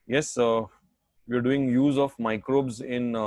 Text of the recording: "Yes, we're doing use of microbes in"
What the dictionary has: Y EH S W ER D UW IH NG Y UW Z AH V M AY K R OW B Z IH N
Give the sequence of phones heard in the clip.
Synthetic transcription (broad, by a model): Y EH S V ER D UW IH NG Y UW Z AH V M AY K R OW B Z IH N